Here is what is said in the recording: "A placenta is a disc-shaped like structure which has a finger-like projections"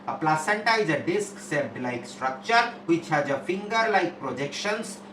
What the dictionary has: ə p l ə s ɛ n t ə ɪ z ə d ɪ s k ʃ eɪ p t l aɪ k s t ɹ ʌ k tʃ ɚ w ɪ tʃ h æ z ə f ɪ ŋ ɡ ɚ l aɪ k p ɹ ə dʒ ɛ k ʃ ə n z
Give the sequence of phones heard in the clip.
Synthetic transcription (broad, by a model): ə p l ə s ɛ n t ə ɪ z ə d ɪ s k s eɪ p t l aɪ k s t ɹ ʌ k tʃ ɚ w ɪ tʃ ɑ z ə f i ŋ ɡ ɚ l aɪ k p ɹ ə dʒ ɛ k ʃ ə n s